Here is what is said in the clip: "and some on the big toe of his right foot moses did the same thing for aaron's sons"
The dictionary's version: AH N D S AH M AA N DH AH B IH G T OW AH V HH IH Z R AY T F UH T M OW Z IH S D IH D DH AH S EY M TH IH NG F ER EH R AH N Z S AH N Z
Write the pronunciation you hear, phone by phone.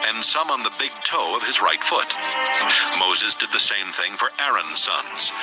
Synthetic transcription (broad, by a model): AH N S AH M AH N DH AH B IH G T OW AH V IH Z R AY T F UH T M OW Z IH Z D IH D DH AH S EY M TH IH NG F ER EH R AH N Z S AH N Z